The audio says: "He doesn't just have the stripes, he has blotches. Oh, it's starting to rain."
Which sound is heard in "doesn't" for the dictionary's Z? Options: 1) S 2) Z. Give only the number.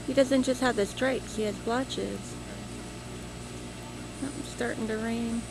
2